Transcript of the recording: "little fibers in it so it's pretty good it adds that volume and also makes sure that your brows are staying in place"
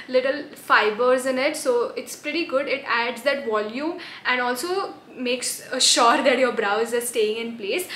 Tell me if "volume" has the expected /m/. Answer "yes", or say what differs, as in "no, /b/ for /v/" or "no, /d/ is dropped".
no, /m/ is dropped